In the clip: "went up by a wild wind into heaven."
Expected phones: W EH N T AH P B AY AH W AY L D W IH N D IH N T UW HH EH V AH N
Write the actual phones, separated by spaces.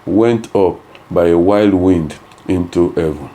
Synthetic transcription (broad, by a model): W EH N T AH P B AY AH W AY L D W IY N D IH N T UW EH V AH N